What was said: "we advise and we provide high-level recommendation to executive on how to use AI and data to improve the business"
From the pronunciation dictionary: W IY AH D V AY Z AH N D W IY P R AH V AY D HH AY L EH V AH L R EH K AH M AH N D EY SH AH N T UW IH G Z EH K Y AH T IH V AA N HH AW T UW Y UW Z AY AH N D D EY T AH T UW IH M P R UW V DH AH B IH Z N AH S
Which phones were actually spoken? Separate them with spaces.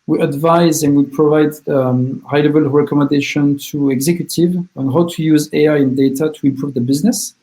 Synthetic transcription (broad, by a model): W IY AH D V AY Z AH N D W IY P R AH V AY D HH AY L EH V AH L R EH K AH M AH N D EY SH AH N T UW IH G Z EH K Y AH T IH V AA N HH AW T UW Y UW Z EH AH N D D EY T AH T UW IH M P R UW V DH AH B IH Z N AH S